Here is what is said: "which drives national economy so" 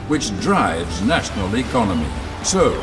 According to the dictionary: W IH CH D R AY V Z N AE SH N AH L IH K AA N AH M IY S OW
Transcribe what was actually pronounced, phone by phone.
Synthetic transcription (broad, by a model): W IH CH D R AY V Z N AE SH N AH L IH K AA N AH M IY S OW